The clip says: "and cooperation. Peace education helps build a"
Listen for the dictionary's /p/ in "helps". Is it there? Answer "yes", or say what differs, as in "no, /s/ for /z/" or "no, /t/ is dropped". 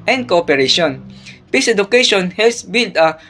no, /p/ is dropped